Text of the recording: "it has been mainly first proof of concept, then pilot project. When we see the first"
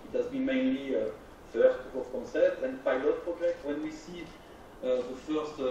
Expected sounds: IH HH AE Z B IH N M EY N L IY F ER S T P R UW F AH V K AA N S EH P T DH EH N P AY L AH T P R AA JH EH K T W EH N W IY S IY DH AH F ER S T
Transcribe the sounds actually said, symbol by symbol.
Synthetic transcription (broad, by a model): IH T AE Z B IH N M EY N L IY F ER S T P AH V K AA N S EH P T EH N P AY L AH T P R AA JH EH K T W EH N W IY S IY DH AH F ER S T